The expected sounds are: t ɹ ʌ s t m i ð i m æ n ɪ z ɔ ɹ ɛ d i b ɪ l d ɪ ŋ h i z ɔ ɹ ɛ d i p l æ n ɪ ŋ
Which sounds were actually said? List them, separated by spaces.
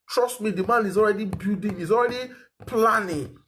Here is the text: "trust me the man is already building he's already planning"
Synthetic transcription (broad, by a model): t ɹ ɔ s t m i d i m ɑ n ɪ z ɔ ɹ ɛ d i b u d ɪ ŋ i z ɔ ɹ ɛ d i p l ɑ n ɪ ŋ